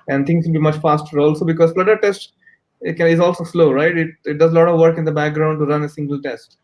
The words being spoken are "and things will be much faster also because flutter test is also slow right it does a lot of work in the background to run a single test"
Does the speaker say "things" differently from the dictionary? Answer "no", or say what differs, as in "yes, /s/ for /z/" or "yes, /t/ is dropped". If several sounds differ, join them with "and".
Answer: yes, /t/ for /θ/